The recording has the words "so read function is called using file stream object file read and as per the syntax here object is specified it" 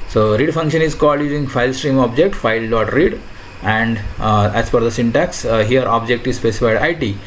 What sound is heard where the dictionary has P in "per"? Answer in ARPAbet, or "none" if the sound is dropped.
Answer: F